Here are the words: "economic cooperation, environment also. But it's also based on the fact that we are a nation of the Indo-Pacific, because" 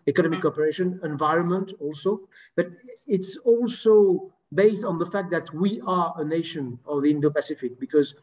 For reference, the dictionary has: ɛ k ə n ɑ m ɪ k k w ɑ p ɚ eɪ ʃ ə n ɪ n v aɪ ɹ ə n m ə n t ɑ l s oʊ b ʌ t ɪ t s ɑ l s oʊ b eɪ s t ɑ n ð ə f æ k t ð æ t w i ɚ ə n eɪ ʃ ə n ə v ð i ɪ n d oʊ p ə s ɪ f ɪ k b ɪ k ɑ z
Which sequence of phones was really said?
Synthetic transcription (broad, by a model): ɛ k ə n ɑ m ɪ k k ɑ p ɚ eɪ ʃ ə n ɪ n v aɪ ɹ ə n m ə n t ɑ l s oʊ b ʌ t ɪ t s ɑ l s oʊ b eɪ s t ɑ n ð ə f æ k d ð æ t w i ɚ ə n eɪ ʃ ə n ə v ð i ɪ n d oʊ p ə s ɪ f ɪ k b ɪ k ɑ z